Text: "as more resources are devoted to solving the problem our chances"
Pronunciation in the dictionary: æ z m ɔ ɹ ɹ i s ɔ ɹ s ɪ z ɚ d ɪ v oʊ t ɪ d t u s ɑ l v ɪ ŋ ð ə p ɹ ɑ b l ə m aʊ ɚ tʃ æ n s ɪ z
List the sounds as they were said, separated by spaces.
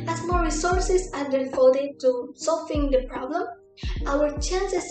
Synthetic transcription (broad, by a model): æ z m ɔ ɹ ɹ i s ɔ ɹ s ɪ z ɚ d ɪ f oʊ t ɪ t u s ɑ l f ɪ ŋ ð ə p ɹ ɑ b l ə m aʊ ɚ tʃ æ n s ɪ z